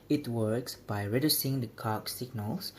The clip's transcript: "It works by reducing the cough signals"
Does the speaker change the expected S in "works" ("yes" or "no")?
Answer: no